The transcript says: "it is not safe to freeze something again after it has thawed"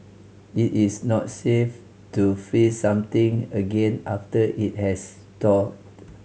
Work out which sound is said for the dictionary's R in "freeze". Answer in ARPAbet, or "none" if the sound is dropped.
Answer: none